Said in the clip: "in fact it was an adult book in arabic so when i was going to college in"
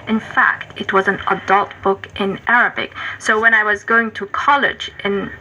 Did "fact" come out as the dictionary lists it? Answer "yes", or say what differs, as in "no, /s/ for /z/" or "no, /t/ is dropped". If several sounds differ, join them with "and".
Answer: yes